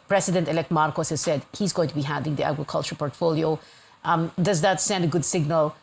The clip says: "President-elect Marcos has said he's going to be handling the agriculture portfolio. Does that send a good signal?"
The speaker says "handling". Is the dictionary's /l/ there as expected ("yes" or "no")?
no